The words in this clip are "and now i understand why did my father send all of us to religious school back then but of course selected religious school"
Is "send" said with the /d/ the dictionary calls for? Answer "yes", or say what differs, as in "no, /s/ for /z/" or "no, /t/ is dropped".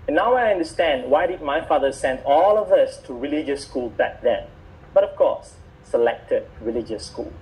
yes